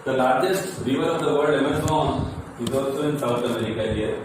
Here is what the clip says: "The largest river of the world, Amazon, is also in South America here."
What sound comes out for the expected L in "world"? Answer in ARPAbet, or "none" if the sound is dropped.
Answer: none